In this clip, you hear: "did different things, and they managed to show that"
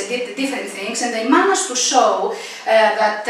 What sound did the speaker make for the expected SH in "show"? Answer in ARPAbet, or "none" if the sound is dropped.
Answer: S